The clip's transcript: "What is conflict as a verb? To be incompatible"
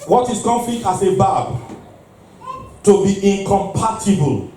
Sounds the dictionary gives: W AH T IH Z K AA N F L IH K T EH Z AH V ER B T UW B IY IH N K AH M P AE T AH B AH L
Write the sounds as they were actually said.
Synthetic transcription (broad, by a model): W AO T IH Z K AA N F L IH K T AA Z AH B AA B T UW B IY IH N K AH M P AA T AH B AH L